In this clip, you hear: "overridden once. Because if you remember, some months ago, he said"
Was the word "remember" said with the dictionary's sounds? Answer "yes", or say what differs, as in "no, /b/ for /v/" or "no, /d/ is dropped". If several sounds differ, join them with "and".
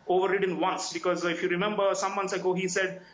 yes